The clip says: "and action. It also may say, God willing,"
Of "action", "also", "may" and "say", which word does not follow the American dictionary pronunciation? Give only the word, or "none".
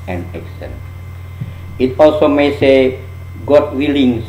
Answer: action